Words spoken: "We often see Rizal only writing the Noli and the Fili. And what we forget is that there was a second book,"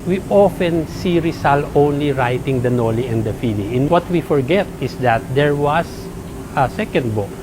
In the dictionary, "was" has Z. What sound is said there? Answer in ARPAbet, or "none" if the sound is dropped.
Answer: S